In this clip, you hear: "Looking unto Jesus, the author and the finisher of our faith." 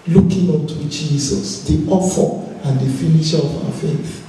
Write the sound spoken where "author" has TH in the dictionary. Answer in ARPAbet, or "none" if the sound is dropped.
F